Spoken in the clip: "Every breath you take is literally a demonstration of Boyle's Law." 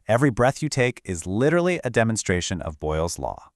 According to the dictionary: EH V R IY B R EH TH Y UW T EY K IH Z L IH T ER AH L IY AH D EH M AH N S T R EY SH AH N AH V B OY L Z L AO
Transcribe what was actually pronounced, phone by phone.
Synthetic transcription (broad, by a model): EH V R IY B R EH TH Y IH T EY K IH Z L IH T ER L IY AH D EH M AH N S T R EY SH AH N AH V B OY L Z L AO